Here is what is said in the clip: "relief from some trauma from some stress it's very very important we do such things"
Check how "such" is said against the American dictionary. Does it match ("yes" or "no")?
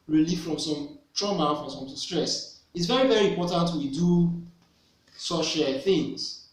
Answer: no